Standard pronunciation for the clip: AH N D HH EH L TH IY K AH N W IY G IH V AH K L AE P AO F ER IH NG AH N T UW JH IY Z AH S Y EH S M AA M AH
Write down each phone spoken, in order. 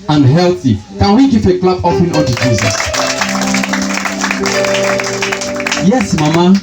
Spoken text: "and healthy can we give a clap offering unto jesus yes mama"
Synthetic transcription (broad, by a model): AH N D HH EH L TH IY K AH N W IY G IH F AH K L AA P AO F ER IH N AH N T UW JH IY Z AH S Y EH S M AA M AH